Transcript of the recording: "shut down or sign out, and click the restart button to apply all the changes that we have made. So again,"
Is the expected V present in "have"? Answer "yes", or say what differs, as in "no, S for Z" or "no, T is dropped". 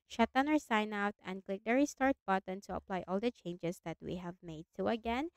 yes